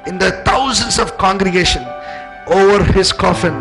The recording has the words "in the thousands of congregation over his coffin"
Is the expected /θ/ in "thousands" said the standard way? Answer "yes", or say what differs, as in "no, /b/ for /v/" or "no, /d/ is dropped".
no, /t/ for /θ/